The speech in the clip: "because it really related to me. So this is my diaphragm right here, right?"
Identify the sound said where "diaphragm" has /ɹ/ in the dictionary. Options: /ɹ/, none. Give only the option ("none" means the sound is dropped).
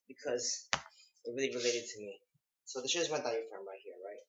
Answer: none